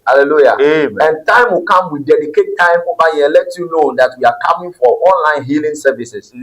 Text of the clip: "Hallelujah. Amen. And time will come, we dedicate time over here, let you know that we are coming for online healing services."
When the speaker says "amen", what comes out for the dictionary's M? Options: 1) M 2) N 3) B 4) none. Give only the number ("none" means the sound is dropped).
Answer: 4